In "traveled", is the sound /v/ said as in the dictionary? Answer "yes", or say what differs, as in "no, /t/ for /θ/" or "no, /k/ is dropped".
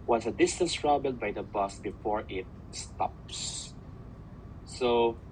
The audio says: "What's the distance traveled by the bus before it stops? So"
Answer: no, /b/ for /v/